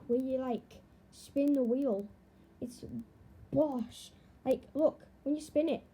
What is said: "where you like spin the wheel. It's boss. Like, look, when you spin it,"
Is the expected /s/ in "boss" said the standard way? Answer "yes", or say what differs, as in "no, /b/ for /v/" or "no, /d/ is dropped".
no, /ʃ/ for /s/